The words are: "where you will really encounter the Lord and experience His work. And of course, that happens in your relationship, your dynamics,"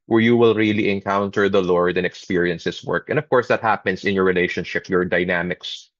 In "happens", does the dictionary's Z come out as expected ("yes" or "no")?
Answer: no